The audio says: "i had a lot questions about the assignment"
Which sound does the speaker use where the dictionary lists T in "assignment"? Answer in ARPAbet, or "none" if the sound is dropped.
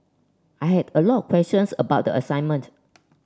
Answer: T